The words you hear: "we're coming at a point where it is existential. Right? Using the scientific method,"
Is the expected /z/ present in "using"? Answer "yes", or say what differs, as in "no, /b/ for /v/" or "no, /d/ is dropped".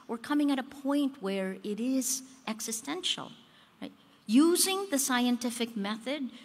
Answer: yes